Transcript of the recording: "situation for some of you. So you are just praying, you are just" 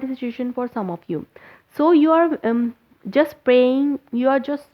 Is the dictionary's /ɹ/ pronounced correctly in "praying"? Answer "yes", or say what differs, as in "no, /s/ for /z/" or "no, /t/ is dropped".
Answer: yes